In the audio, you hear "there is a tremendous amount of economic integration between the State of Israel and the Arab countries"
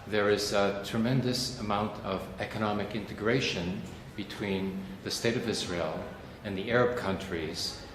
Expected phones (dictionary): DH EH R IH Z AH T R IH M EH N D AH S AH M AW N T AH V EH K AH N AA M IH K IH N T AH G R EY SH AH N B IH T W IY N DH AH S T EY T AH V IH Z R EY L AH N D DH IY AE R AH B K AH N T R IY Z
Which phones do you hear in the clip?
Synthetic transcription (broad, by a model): DH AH R IH Z AH T R IH M EH N D AH S AH M AW N T AH V EH K AH N AA M IH K IH N T AH G R EY SH AH N B IH T W IY N DH AH S T EY T AH V IH Z R EY L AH N DH IY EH R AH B K AH N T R IY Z